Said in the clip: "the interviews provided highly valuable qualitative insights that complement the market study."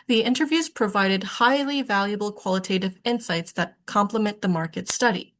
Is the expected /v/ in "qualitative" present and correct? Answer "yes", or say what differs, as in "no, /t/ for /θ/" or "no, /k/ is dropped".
yes